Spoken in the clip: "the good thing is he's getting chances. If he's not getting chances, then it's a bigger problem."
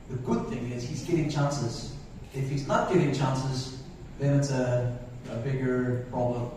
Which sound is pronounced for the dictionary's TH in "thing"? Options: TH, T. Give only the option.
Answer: TH